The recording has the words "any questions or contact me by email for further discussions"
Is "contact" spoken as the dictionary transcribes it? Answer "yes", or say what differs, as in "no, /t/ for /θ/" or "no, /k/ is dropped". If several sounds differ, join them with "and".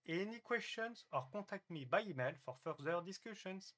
no, /n/ is dropped